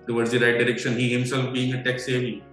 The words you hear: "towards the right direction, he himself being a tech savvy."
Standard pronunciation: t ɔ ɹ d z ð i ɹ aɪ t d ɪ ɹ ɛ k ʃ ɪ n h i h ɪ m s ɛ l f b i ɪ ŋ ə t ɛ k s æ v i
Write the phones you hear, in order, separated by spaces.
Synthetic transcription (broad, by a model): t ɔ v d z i ɹ aɪ t d ɪ ɹ ɛ k ʃ ɪ n h i h ɪ m s ɛ l f b i ɪ ŋ ə t ɛ k s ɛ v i